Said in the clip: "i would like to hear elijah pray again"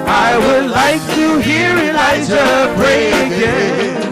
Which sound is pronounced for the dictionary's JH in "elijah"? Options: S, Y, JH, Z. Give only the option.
Z